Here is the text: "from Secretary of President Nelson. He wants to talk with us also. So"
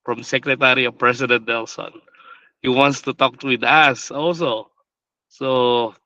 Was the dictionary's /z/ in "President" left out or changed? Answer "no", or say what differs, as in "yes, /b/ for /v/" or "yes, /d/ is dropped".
yes, /s/ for /z/